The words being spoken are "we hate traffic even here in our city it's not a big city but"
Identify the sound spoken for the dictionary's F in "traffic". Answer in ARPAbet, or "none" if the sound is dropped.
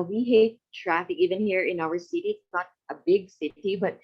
F